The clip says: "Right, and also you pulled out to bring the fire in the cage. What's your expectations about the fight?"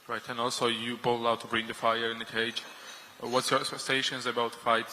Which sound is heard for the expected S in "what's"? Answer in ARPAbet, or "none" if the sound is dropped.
S